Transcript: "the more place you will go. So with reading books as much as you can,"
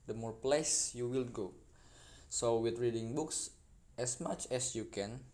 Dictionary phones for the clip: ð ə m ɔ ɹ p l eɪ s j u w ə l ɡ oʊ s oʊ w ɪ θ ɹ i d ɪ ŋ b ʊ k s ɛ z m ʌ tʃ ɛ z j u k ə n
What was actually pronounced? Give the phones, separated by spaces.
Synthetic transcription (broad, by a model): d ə m ɔ ɹ p l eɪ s j u w ə l ɡ oʊ s oʊ w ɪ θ ɹ i d ɪ ŋ b ʊ k s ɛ s m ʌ tʃ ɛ s j u k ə n